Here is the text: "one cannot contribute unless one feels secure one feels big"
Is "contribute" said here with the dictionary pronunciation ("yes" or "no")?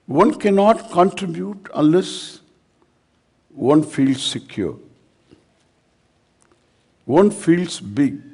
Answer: yes